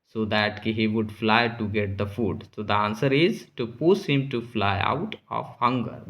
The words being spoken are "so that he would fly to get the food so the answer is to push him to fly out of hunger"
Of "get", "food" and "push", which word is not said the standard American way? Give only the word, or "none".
push